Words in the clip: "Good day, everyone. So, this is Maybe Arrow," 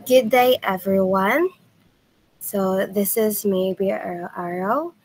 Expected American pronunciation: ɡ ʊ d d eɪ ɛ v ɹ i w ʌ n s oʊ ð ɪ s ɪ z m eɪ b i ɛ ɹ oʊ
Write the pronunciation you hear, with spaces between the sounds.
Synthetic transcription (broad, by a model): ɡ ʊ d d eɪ ɛ v ɹ i w ʌ n s oʊ ð ɪ s ɪ z m eɪ b i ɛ ɹ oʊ